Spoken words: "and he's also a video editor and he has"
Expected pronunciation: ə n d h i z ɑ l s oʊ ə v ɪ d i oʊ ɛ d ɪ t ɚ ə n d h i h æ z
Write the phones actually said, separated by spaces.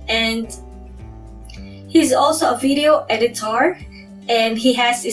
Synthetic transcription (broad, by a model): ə n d h i z ɑ l s oʊ ə v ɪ d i oʊ ɛ d ɪ t ɚ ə n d h i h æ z